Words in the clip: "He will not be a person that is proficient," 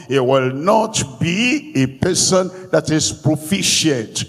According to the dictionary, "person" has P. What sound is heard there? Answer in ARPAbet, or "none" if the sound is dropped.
P